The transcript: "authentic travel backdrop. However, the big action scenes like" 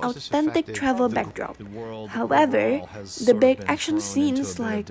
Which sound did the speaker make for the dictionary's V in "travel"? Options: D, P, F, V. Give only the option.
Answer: V